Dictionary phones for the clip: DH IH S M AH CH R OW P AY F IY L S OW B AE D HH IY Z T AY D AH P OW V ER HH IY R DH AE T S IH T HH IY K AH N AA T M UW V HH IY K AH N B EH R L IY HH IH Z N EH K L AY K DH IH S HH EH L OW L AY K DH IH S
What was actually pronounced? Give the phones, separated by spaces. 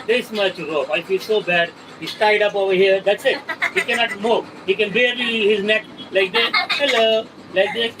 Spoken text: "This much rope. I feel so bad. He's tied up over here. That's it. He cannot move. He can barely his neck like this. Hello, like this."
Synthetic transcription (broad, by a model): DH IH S M AH CH R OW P AY F IY L S OW B AE D HH IY S T AY D AH P OW V ER HH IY R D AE T S IH T HH IY K AH N AA T M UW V HH IY K AH N B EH R IY HH IH Z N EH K L AY K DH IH HH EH L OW L AY K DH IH